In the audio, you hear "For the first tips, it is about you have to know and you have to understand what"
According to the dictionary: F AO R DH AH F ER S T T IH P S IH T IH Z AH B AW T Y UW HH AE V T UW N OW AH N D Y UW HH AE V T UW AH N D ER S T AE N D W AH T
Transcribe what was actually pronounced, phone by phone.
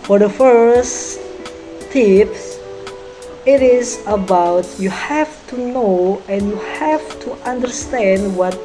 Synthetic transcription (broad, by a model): F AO R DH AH F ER S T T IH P IH T IH Z AH B AW T Y UW HH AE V T UW N OW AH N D Y UW HH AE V T UW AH N D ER S T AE N D W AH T